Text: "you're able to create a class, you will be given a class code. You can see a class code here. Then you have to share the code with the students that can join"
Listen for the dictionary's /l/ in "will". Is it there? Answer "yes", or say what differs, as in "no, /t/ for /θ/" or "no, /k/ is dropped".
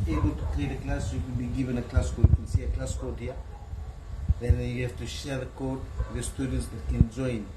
no, /n/ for /l/